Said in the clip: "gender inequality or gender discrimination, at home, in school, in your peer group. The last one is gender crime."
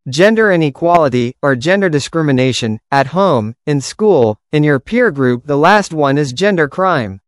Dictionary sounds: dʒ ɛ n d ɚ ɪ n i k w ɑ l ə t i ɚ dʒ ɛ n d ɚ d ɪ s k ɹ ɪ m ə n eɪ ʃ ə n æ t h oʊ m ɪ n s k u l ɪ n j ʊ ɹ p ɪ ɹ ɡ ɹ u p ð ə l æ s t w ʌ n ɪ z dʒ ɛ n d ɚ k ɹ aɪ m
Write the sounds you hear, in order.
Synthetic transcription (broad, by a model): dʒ ɛ n d ɚ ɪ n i k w ɑ l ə t i ɚ dʒ ɛ n d ɚ d ɪ s k ɹ ɪ m ə n eɪ ʃ ə n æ t h oʊ m ɪ n s k u l ɪ n j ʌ ɹ p ɪ ɹ ɡ ɹ u p ð ə l æ s t w ʌ n ɪ z dʒ ɛ n d ɚ k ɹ aɪ m